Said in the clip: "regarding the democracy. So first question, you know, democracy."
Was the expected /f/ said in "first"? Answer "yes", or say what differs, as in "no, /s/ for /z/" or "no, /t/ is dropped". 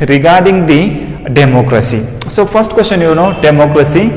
no, /p/ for /f/